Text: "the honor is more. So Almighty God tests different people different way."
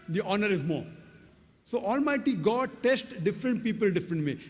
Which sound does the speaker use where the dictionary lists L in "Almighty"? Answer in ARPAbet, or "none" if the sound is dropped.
L